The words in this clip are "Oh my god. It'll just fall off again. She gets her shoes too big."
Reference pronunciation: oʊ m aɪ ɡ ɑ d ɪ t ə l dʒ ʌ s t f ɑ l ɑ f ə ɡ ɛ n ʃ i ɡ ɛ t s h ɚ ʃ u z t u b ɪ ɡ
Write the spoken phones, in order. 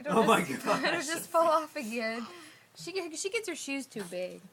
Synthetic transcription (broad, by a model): oʊ m aɪ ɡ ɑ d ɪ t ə dʒ ʌ s t f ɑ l ɑ f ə ɡ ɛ n ʃ i ɡ ɛ t s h ɚ ʃ u z t u b ɪ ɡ